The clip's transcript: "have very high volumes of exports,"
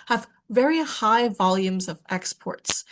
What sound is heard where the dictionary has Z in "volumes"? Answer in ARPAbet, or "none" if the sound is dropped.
Z